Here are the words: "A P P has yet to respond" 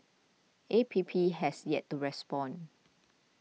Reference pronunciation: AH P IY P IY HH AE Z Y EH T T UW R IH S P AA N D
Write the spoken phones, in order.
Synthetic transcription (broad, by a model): AH P IY P IY HH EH S Y EH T T UW R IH S P AA N